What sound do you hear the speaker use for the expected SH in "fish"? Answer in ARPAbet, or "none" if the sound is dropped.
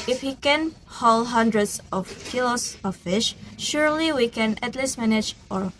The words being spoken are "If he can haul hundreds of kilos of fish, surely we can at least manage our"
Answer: SH